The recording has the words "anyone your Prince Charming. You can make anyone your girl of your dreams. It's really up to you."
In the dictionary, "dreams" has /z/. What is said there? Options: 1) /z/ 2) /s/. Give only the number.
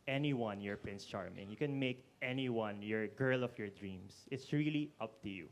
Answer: 2